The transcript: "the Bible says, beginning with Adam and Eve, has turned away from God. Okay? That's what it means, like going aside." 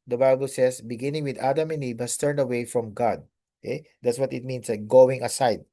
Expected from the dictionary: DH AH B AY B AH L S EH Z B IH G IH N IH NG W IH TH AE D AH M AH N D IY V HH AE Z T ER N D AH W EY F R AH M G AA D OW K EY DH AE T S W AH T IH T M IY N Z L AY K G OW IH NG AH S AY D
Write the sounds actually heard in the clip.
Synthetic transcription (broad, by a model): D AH B AY B AH L S EH S B IH G IH N IH NG W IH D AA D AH M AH N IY B HH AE S T ER N D AH W EY F R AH M G AA D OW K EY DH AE T S W AH T IH T M IY N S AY G OW IH NG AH S AY D